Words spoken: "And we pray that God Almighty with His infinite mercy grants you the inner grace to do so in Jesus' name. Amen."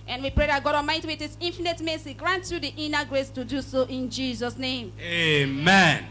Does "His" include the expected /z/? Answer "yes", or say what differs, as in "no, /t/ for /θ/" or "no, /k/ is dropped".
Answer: no, /s/ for /z/